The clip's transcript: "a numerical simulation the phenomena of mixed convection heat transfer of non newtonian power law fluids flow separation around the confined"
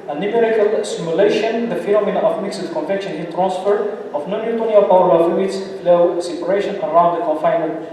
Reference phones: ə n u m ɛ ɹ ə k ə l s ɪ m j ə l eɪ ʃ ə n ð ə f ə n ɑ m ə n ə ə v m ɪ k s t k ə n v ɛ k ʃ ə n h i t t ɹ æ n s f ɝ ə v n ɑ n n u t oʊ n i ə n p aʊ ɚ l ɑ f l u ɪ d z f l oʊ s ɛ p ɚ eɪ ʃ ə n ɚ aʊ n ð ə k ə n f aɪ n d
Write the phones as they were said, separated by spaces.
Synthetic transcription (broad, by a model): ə n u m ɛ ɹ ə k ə l s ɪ m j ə l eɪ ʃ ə n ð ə f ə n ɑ m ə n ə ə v m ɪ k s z k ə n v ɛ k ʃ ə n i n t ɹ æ n s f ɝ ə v n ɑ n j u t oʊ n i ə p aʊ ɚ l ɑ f u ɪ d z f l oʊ s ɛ p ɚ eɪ ʃ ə n ɚ aʊ n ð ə k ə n f aɪ n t